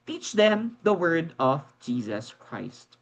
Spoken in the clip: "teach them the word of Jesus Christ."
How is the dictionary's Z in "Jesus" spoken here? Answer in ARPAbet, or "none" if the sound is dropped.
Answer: Z